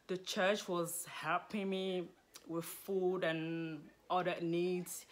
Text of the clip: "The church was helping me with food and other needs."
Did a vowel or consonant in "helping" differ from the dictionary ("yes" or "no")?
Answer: yes